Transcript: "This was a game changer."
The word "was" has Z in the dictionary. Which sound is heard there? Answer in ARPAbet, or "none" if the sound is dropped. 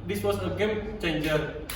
S